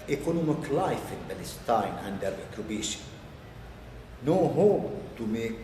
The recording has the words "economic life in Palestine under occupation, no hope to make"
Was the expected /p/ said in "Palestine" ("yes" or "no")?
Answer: no